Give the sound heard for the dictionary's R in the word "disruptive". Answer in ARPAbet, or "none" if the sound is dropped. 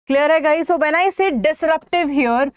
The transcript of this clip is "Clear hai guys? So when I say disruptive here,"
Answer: R